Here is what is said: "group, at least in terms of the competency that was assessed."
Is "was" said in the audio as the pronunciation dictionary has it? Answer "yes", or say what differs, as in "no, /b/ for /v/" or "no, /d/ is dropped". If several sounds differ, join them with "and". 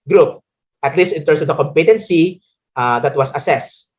no, /s/ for /z/